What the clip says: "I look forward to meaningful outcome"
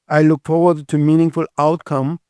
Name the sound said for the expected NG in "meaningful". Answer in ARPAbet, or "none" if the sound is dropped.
NG